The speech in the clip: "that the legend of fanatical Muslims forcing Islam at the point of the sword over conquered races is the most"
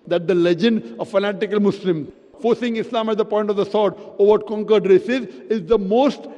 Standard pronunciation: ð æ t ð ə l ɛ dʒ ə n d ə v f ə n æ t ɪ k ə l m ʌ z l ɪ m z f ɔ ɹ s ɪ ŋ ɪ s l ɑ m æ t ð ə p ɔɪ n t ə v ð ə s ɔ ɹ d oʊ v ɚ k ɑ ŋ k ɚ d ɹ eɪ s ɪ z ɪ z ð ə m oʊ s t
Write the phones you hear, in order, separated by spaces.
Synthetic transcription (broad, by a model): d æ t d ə l ɛ dʒ ə n d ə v f ə n æ t ɪ k ə l m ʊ s l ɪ m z f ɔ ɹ s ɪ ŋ ɪ s l ɑ m æ t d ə p ɔɪ n t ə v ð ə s ɔ ɹ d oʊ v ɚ k ɑ ŋ k ɚ d ɹ eɪ s ɪ z ɪ z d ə m oʊ s t